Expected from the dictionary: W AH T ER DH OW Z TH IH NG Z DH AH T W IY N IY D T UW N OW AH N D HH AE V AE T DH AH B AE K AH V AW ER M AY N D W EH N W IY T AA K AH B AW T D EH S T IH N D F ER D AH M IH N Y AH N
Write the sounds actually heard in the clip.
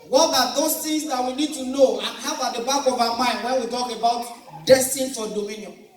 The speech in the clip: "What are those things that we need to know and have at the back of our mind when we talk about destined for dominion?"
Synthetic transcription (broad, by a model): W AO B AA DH OW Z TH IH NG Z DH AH T W IY N IY D T UW N OW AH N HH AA B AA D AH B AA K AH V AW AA M AY N D W EH N W IY T AA K AH B AW T D EH S T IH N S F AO D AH M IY N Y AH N